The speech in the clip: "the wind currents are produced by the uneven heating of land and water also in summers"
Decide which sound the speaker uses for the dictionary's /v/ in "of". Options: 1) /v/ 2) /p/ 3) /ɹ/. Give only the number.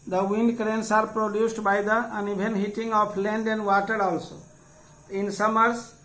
2